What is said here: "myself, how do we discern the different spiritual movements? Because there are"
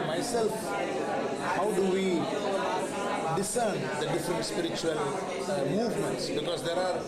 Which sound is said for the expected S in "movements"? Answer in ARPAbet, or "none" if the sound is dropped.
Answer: S